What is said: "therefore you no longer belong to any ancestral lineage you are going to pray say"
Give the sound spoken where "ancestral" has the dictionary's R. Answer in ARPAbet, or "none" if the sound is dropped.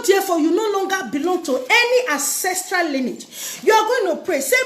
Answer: R